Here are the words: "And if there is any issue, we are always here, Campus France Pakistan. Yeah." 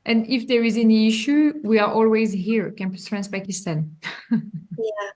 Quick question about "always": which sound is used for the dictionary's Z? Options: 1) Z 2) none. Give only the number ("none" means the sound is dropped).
1